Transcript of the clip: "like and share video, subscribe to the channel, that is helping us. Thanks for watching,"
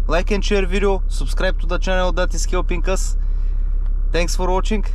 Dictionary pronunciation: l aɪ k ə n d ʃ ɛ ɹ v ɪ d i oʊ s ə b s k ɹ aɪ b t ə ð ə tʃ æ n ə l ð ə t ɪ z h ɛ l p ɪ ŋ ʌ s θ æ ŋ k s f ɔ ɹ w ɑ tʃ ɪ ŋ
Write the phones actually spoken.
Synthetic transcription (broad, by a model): l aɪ k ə n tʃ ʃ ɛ ɹ v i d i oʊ s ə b s k ɹ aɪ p t ə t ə tʃ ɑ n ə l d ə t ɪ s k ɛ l p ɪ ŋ ʌ s t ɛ ŋ k s f ɔ ɹ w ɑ tʃ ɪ ŋ